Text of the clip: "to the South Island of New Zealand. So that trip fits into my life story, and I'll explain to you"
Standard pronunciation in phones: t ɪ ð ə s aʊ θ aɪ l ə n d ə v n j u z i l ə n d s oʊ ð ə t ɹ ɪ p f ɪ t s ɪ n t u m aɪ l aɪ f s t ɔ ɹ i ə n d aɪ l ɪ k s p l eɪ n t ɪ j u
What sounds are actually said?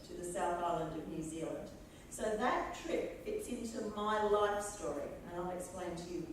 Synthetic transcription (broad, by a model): t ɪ ð ə s aʊ θ aɪ l ə n d ə v n j u z i l ə n d s oʊ ð ə t ɹ ɪ p f ɪ t s ɪ n t u m aɪ l aɪ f s t ɔ ɹ i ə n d aɪ l ɪ k s p l eɪ n t ɪ j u